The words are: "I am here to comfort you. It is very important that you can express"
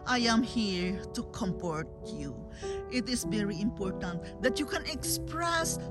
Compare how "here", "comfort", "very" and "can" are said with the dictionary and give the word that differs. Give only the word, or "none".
comfort